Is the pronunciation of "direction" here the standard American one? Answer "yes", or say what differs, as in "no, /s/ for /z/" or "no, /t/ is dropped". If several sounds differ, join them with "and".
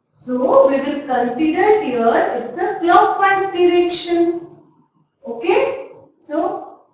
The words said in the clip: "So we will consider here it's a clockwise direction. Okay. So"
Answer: yes